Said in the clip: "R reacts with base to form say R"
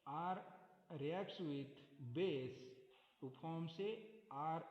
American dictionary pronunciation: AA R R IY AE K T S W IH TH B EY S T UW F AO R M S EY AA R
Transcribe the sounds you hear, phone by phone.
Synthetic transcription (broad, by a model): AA R R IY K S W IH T B EY S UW P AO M S EY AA R